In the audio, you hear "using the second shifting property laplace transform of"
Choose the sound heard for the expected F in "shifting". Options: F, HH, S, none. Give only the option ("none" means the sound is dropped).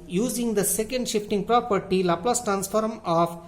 F